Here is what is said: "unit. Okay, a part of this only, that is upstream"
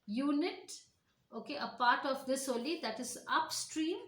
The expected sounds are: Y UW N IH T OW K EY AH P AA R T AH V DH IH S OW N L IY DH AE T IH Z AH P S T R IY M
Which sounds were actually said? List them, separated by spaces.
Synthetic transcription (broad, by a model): Y UW N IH T OW K EY AH P AA R T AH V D IH S OW L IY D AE T IH Z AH P S T R IY M